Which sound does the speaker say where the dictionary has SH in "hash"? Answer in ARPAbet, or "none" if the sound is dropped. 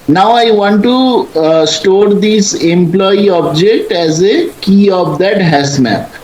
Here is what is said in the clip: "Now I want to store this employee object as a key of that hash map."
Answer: S